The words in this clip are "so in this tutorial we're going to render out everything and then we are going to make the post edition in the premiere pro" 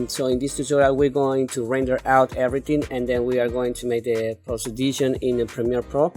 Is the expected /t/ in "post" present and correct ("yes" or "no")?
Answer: no